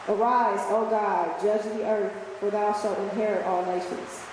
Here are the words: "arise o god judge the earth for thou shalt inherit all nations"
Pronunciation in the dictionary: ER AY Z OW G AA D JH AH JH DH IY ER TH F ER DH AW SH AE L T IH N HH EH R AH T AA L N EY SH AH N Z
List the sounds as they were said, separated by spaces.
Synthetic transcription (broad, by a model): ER AY Z OW G AA D JH AH JH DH IY ER TH F ER DH AW SH AE L T IH N HH EH R AH T AA L N EY SH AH N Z